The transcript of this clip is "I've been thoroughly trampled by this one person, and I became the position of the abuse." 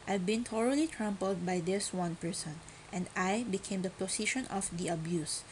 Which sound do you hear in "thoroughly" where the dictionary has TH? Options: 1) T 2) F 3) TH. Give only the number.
1